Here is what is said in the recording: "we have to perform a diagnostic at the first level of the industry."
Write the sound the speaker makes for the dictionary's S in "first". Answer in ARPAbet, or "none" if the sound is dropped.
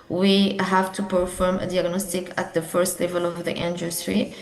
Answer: S